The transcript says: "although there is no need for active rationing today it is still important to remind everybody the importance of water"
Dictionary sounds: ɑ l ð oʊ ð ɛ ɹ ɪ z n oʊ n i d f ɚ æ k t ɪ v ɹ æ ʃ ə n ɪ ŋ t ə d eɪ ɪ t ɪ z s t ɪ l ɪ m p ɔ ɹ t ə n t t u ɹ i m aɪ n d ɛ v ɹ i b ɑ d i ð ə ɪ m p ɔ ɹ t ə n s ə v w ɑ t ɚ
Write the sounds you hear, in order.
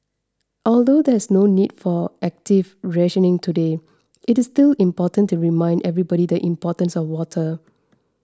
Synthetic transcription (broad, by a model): ɑ l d oʊ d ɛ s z n oʊ n i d f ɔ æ k t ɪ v ɹ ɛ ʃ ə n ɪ ŋ t ə d eɪ ɪ t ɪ s t ɪ l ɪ m p ɔ t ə n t t u ɹ i m aɪ n d ɛ v ɹ i b ɑ d i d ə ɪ m p ɔ t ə n s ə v w ɑ t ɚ